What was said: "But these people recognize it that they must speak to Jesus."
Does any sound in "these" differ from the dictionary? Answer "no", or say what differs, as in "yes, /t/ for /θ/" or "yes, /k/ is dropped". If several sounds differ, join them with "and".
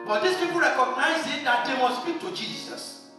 yes, /s/ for /z/